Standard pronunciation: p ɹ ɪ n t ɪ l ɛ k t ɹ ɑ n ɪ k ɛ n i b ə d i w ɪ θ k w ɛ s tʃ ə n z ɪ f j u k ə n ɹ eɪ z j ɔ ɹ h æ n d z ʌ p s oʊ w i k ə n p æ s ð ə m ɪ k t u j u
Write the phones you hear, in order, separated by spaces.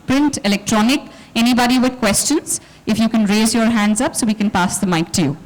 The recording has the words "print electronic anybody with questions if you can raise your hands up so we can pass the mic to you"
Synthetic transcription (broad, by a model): p ɹ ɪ n t ɪ l ɛ k t ɹ ɑ n ɪ k ɛ n i b ə d i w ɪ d k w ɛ s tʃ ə n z ɪ f j u k ə n ɹ eɪ z j ɔ ɹ h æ n d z ʌ p s oʊ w i k ə n p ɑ s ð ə m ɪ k t u j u